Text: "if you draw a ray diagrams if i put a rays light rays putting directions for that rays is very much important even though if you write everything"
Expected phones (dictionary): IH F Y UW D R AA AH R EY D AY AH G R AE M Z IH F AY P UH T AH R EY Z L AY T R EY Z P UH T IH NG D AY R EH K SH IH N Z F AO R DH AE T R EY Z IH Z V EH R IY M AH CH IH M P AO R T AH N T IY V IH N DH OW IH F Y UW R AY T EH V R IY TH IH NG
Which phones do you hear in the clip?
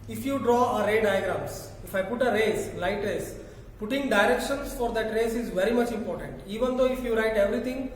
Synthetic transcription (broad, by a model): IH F Y UW D R AA AH R EY D AY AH G R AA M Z IH F AY P UH T AH R EY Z L AY T R EY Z P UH T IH NG D AY R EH K SH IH N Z F AO R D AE T R EY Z IH Z V EH R IY M AH CH IH M P AO R T AH N T IY V IH N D OW IH F Y UW R AY T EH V R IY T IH NG